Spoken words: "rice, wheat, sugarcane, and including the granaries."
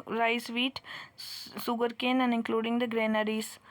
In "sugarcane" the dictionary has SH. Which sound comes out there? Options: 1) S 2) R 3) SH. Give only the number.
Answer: 1